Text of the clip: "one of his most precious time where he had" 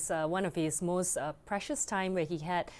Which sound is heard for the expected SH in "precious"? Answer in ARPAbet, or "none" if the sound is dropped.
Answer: SH